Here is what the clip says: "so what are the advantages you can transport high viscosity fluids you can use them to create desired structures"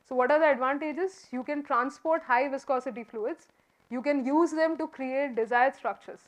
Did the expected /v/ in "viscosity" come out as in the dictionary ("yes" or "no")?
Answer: yes